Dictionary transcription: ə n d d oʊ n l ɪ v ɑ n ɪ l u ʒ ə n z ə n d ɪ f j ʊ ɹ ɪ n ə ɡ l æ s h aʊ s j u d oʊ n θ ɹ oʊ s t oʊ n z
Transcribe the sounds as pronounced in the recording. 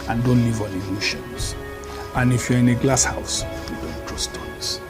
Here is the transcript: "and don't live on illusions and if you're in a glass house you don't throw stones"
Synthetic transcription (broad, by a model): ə n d d oʊ n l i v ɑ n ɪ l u ʃ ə n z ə n ɪ f j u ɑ ɪ n ə ɡ l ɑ s h aʊ s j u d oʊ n t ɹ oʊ s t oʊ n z